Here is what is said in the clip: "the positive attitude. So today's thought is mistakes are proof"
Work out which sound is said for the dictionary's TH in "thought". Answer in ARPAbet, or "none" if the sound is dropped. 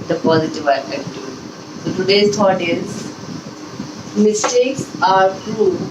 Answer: T